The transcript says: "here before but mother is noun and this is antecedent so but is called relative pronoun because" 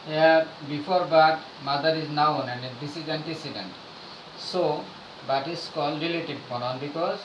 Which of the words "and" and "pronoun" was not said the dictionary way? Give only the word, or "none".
pronoun